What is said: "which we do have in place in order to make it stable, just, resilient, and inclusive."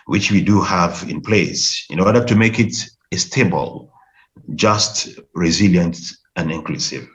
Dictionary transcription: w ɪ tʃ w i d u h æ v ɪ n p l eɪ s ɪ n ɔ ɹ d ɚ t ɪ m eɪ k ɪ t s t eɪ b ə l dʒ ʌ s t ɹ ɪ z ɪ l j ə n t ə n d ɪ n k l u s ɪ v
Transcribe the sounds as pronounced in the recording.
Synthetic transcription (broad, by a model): w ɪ tʃ w i d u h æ v ɪ n p l eɪ s ɪ n ɔ ɹ d ɚ t ɪ m eɪ k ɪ t s t eɪ b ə l dʒ ʌ s t ɹ ɪ z ɪ l j ə n t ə n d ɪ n k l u s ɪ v